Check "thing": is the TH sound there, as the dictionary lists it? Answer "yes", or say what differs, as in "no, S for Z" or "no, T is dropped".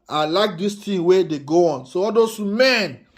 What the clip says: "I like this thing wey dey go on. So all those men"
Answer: no, T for TH